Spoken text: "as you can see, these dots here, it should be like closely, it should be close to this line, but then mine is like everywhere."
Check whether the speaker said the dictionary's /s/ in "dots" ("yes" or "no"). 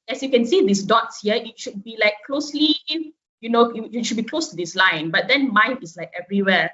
yes